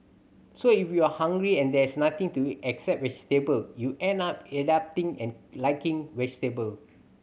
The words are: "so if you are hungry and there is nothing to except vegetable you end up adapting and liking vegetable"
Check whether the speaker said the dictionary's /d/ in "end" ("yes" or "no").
no